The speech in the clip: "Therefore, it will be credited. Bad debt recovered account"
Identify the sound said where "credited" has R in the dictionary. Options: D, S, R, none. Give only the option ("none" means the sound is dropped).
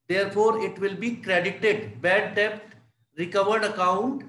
R